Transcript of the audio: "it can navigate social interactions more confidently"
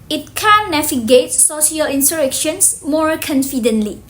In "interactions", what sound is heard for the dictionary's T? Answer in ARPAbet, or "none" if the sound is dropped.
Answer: S